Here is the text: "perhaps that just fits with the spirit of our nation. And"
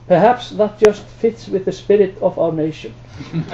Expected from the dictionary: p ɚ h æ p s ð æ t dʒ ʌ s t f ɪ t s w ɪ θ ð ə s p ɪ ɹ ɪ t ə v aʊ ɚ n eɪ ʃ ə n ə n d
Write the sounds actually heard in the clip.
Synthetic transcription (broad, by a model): p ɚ h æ p s ð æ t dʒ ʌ s t f ɪ t s w ɪ ð ə s p ɪ ɹ ɪ t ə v aʊ ɚ n eɪ ə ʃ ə n